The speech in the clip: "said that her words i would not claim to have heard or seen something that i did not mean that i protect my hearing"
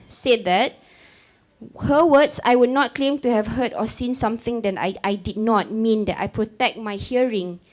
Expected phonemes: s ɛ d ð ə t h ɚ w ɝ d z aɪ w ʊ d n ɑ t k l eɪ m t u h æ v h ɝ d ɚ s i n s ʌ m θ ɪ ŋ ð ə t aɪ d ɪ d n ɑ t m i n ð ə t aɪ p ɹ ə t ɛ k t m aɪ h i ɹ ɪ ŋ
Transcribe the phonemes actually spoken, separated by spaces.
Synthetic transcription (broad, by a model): s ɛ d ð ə t h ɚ w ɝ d s aɪ w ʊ d n ɑ t k l eɪ m t u h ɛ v h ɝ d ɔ s i n s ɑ m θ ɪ ŋ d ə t aɪ d ɪ d n ɑ t m i n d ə t aɪ p ɹ ə t ɛ k t m aɪ h i ɹ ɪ ŋ